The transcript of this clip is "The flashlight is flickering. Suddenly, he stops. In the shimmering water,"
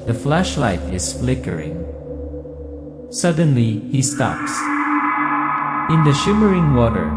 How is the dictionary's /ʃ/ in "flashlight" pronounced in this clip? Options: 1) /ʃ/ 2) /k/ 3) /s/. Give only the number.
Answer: 1